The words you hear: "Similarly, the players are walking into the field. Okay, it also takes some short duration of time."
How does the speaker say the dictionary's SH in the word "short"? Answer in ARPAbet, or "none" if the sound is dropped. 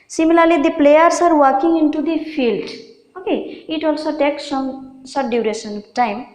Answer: S